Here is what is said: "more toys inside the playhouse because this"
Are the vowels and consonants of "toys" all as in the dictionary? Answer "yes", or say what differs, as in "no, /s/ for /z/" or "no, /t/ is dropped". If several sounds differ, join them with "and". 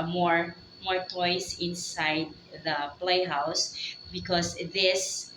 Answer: no, /s/ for /z/